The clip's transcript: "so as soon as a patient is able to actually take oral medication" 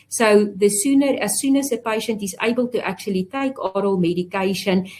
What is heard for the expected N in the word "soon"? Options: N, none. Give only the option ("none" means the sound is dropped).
N